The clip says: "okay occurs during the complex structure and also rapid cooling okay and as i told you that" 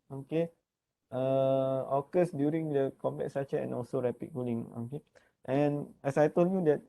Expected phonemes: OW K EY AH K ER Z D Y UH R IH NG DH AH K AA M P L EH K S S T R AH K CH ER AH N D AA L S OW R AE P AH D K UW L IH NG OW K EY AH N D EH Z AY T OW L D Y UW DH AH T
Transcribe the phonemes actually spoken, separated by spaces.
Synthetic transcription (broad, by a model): OW K EY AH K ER S D Y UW R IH NG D AH K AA M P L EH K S S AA CH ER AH N AA L S OW R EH P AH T K UW L IH NG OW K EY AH N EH S AY T OW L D Y UW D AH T